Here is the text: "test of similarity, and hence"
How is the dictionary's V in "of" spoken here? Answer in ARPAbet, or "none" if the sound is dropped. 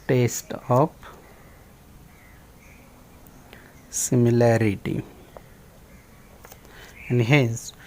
P